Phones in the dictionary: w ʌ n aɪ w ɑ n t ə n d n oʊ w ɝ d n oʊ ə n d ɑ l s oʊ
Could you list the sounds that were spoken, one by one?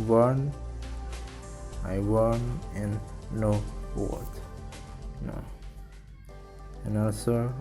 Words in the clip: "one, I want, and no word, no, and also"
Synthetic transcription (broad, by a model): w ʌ n aɪ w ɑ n ə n n oʊ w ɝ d n oʊ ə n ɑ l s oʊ